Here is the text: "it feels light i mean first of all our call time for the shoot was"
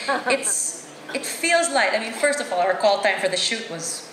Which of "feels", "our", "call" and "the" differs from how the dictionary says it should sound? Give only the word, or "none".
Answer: none